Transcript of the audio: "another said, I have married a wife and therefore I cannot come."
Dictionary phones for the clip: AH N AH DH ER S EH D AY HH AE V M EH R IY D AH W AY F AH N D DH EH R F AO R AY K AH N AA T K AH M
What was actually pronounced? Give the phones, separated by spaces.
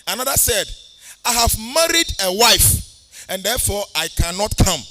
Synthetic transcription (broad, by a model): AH N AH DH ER S EH D AY HH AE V M EH R IY D AH W AY F AH N D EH F AO AY K AH N AA T K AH M